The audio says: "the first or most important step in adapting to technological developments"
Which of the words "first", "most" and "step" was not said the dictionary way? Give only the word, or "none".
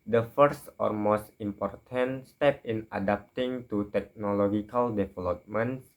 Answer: none